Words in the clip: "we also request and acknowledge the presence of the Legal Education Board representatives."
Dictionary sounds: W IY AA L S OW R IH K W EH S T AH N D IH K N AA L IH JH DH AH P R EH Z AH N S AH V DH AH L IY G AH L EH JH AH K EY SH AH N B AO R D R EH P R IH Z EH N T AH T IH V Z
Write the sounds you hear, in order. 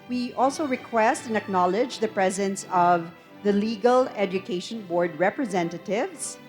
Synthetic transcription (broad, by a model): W IY AA L S OW R IH K W EH S T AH N IH K N AA L IH JH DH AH P R EH Z AH N S AH V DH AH L IY G AH L EH JH AH K EY SH AH N B AO R D R EH P R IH Z EH N T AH T IH V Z